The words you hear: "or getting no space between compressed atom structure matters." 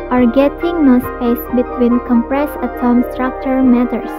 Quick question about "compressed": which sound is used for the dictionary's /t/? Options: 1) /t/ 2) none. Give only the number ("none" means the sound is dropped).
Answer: 2